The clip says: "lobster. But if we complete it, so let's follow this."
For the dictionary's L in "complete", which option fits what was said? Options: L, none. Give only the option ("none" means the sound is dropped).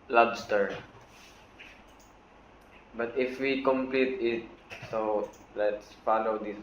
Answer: L